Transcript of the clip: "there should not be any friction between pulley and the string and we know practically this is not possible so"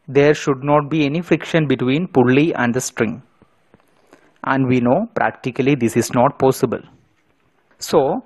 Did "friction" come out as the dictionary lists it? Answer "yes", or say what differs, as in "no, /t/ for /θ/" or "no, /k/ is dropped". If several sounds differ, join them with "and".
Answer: yes